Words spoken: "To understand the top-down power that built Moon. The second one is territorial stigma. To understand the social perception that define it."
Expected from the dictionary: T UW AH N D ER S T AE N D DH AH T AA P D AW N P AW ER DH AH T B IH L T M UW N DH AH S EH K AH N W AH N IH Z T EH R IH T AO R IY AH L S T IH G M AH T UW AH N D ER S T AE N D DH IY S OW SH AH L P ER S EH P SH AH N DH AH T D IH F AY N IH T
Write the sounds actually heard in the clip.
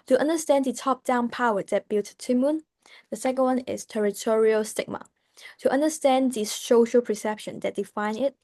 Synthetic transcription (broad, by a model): T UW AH N D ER S T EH N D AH T AA P D AW N P AW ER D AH T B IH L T M UW N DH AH S EH K AH N W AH N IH S T EH R IH T AO R IY AH L S T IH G M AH T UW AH N D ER S T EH N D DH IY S OW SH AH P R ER S EH P SH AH N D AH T D IH F AY N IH T